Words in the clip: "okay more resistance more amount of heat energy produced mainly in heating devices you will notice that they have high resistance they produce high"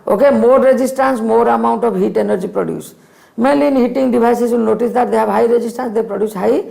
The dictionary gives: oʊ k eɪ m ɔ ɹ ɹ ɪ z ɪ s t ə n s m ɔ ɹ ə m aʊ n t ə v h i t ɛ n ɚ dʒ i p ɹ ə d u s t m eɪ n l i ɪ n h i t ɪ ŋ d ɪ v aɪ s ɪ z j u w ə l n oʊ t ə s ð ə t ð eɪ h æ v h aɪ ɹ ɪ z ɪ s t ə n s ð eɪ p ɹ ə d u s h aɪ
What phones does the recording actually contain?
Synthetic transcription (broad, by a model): oʊ k eɪ m ɔ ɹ ɹ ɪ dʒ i s t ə n s m ɔ ɹ ə m aʊ n t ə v h i t ɛ n ɚ dʒ i p ɹ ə d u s m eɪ l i n h i t ɪ ŋ d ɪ b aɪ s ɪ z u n n oʊ t ə s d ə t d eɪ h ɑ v h aɪ ɹ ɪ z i s t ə n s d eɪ p ɹ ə d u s h aɪ